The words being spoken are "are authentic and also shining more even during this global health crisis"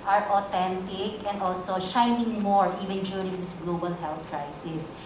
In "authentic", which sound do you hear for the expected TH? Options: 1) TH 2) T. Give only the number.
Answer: 2